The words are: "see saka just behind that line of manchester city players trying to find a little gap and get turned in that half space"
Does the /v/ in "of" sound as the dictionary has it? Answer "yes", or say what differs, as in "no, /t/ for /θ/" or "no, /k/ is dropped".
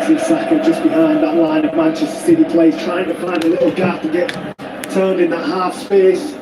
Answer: yes